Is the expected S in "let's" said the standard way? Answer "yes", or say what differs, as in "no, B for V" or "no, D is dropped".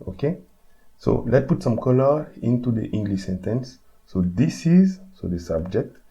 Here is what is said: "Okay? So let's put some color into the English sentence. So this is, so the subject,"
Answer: no, S is dropped